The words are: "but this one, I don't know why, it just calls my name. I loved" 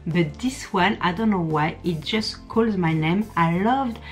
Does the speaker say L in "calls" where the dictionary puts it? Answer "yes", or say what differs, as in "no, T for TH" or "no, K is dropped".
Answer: yes